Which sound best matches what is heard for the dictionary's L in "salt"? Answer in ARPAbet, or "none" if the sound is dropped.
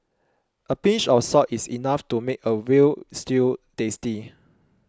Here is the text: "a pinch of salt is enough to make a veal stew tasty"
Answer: none